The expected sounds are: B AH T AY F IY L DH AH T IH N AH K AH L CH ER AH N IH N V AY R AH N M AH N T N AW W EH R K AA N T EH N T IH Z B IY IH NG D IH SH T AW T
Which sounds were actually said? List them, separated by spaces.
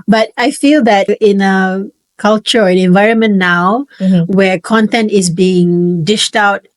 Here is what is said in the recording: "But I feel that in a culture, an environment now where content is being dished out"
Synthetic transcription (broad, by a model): B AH T AY F IY L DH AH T IH N AH K AH L CH ER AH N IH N V AY R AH N M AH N N AW W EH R K AA N T EH N T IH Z B IY IH NG D IH SH T AW T